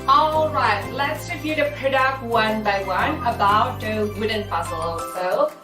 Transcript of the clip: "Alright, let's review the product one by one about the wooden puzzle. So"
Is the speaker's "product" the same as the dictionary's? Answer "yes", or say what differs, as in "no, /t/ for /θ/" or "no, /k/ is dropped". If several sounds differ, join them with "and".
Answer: no, /ɹ/ is dropped